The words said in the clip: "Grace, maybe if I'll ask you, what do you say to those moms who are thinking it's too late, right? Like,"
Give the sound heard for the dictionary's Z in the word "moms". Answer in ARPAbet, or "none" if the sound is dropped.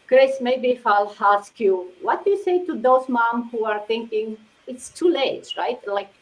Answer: none